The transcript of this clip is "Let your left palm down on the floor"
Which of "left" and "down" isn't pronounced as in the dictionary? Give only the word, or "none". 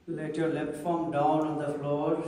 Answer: left